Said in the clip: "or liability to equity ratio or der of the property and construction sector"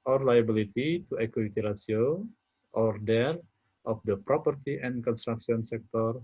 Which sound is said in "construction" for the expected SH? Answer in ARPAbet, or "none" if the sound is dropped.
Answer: S